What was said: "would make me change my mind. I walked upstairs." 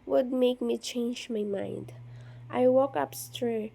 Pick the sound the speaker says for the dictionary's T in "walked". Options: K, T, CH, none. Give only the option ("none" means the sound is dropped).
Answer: none